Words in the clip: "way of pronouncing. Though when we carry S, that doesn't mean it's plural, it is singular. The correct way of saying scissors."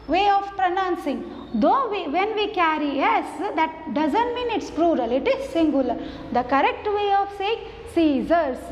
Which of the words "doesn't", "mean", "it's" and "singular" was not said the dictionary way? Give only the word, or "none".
none